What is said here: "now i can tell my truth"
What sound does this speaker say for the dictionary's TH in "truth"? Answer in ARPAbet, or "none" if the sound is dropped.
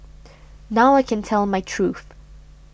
TH